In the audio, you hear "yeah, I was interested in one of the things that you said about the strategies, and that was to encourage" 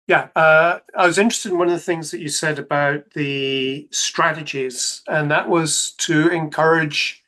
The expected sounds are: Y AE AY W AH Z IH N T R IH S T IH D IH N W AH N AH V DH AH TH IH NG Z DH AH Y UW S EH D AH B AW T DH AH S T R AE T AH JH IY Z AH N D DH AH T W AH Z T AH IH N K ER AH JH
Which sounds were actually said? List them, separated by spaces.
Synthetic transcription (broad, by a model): Y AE AY W AH Z IH N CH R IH S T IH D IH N W AH N AH V DH AH TH IH NG Z DH AH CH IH S EH D AH B AW T DH AH S T R AE T AH JH IY Z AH N DH AH T W AH Z T AH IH N K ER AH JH